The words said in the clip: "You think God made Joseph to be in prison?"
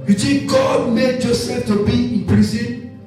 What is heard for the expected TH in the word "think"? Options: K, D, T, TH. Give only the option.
T